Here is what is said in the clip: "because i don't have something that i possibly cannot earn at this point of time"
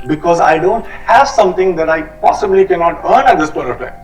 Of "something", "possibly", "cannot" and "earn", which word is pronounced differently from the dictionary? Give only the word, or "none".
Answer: something